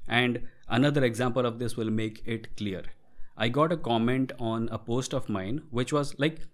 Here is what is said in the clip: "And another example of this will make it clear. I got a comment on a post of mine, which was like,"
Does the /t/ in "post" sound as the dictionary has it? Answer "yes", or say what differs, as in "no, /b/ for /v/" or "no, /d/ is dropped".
yes